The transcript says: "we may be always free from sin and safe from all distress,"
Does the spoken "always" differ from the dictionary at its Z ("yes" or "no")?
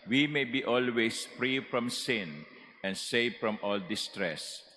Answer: yes